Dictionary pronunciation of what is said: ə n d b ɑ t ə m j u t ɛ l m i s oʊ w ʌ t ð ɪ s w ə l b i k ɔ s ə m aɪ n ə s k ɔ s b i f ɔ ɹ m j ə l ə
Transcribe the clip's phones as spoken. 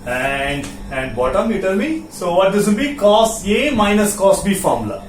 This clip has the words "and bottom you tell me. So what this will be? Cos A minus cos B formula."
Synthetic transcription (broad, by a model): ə n d b ɑ t ə m j u t ɛ l m i s oʊ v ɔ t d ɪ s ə n b i k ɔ s ə m aɪ n ə s k ɔ s b i f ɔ ɹ m l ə